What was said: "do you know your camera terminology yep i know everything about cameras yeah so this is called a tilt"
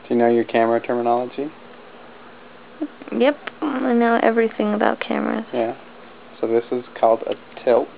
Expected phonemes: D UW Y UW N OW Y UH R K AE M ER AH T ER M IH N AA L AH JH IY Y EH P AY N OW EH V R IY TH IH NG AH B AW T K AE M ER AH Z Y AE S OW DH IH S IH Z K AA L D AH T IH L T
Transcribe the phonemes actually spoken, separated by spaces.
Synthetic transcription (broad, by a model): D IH Y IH N OW Y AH R K AE M ER AH T ER M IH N AA L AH JH IY Y EH P AY N OW EH V R IY TH IH NG AH B AW T K AE M ER AH Z Y AE S OW DH IH S IH Z K AA L D AH T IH L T